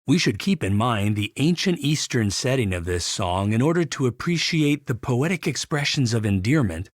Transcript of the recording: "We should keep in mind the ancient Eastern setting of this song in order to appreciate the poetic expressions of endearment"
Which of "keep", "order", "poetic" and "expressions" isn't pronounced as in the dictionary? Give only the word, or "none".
none